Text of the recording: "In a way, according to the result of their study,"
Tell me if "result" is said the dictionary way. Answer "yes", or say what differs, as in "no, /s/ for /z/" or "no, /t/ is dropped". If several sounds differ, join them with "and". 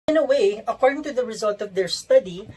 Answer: yes